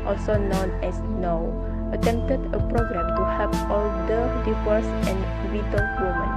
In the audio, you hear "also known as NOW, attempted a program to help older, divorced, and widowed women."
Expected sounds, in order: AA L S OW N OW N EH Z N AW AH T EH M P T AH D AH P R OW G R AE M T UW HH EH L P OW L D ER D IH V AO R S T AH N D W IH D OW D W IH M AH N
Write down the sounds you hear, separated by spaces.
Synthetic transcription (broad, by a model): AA L S OW N OW N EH S N AW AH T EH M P T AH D AH P R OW G R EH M T UW HH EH P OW L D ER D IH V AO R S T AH N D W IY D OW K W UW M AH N